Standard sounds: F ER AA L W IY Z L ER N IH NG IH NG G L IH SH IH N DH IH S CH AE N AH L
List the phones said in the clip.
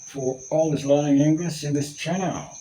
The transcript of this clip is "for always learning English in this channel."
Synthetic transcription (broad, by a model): F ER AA L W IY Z L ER IH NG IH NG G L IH S IH N DH IH S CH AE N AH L